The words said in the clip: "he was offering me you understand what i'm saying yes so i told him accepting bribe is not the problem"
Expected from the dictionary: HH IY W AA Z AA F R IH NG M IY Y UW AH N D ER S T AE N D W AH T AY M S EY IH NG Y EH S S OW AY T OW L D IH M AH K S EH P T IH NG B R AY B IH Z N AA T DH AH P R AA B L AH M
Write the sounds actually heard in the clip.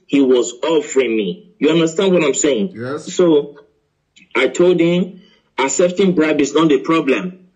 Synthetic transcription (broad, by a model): HH IY W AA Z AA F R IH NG M IY Y UW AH N D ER S T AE N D W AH T AY M S EY IH NG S S OW AY T OW L D IH M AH S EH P T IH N B R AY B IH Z N AA T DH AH P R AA B L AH M